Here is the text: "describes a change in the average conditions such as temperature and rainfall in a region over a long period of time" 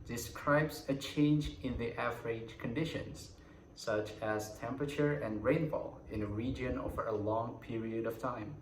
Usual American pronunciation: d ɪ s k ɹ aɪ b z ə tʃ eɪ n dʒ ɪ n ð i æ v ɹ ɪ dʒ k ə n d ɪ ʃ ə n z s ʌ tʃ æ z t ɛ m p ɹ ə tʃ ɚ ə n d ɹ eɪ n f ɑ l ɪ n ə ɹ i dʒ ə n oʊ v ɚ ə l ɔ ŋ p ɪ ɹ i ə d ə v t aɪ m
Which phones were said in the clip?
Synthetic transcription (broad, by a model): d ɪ s k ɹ aɪ b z ə tʃ eɪ n dʒ ɪ n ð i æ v ɹ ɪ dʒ k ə n d ɪ ʃ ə n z s ʌ tʃ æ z t ɛ m p ɹ ə tʃ ɚ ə n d ɹ eɪ n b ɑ l ɪ n ə ɹ i dʒ ə n oʊ v ɚ ə l ɔ ŋ p ɪ ɹ i ə d ə v t aɪ m